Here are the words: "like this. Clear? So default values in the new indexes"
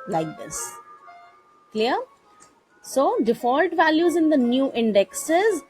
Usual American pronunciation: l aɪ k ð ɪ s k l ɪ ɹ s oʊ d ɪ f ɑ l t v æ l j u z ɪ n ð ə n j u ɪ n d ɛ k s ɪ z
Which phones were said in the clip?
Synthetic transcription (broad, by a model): l aɪ k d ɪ s k l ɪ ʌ s oʊ d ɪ f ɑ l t v æ l j u z ɪ n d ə n j u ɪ n d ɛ k s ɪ z